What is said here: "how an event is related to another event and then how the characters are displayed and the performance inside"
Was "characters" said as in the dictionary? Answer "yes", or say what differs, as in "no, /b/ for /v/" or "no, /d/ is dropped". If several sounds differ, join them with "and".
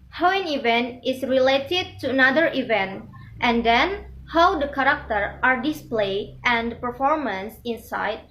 no, /z/ is dropped